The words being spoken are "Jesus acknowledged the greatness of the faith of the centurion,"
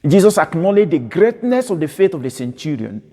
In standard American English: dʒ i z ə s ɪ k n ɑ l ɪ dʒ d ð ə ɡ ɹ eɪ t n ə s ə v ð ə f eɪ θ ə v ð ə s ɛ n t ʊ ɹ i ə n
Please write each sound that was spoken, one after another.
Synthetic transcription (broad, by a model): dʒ i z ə s ɪ k n ɑ l ɪ dʒ d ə ɡ ɹ eɪ t n ə s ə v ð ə f eɪ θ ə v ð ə s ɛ n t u ɹ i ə n